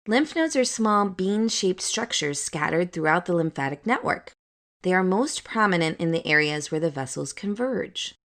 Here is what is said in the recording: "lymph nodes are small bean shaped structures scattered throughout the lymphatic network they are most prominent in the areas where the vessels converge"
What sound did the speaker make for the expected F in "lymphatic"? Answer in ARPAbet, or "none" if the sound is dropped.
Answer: F